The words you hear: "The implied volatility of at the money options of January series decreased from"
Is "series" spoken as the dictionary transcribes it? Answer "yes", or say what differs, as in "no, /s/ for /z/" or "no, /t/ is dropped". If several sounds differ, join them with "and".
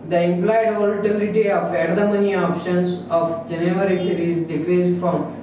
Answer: no, /ʃ/ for /s/